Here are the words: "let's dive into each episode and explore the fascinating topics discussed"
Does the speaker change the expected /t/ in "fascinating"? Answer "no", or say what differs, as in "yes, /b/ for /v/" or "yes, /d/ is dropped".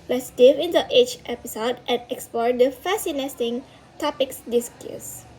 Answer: yes, /s/ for /t/